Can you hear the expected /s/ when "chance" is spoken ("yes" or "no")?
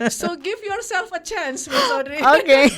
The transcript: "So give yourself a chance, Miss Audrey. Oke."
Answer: yes